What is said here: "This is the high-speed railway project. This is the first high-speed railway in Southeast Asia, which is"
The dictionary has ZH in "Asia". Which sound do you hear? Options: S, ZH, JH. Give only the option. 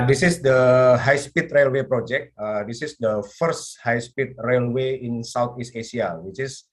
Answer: S